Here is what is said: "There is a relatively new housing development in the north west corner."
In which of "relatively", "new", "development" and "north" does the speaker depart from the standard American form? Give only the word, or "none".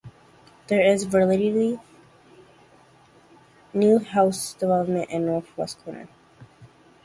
relatively